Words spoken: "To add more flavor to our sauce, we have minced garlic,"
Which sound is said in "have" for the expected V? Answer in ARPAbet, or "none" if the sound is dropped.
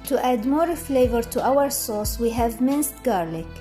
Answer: V